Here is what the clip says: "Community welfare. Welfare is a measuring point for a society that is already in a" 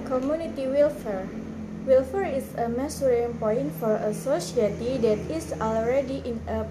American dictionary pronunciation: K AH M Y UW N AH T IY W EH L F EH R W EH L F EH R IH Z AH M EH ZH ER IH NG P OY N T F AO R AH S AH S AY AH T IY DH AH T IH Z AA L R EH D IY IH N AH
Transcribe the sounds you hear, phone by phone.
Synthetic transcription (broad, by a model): K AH M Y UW N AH T IY W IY L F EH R W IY L F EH R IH S AH M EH S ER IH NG P OY N T F AO R AH S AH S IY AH T IY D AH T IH S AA L R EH D IY IH N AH